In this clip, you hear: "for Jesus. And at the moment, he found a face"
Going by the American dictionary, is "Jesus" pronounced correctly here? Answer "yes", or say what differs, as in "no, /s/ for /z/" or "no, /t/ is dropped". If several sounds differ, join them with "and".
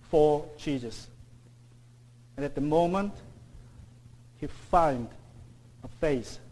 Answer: no, /tʃ/ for /dʒ/